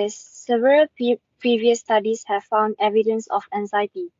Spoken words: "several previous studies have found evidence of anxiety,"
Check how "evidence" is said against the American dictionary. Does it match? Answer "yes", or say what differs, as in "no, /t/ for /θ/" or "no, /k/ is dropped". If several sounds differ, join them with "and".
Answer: yes